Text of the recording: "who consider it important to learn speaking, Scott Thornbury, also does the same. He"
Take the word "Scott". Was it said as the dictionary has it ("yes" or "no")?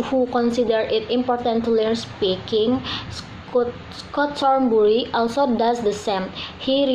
yes